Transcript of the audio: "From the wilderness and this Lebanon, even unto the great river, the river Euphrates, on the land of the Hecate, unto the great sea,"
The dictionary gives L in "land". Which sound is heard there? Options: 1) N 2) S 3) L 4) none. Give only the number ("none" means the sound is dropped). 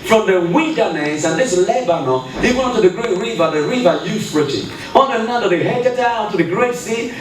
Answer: 1